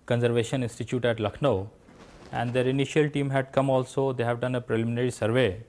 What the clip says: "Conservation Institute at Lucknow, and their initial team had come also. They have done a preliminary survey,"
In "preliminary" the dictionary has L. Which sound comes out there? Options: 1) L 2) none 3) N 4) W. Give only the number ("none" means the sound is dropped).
1